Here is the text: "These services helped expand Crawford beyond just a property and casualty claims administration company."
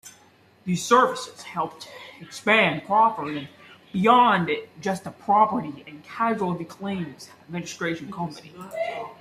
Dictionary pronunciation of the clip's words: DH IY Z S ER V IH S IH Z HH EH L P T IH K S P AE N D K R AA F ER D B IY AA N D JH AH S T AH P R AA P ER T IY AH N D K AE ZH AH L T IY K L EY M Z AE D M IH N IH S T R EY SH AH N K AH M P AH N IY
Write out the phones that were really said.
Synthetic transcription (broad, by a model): DH IY Z S ER V IH S IH Z HH EH L P T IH K S P AE N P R AA P ER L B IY AA N D JH AH S T AH P R AA P ER T IY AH N K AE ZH L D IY K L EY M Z AE D M IH N IH S T R EY SH AH N K AH M P AH N IY